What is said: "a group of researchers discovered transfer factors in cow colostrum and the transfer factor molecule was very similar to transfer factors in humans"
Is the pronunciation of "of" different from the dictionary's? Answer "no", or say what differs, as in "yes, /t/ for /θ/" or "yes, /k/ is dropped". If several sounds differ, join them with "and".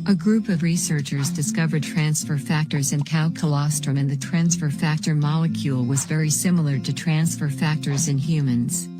no